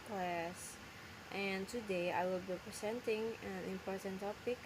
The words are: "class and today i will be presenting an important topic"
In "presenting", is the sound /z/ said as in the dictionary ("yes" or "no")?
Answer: no